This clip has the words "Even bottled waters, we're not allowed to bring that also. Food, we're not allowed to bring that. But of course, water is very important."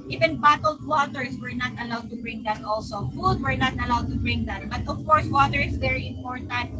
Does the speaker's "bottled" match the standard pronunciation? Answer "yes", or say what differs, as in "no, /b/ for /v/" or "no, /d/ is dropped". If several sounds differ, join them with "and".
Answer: yes